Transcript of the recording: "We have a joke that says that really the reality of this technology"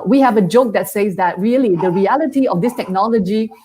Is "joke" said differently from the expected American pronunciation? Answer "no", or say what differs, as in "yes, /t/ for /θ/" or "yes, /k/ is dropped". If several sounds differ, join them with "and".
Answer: no